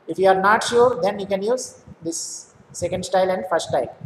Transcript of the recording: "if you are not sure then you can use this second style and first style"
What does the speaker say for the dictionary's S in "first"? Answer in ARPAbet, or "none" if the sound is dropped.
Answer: none